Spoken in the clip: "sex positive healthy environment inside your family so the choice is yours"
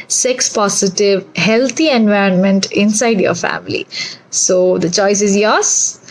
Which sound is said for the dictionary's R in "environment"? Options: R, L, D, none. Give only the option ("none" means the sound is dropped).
R